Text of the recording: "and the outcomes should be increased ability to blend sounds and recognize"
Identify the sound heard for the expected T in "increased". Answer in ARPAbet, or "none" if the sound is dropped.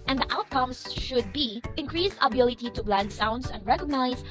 none